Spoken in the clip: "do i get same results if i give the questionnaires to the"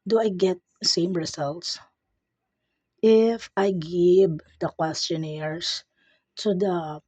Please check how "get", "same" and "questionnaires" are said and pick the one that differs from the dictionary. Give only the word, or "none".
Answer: questionnaires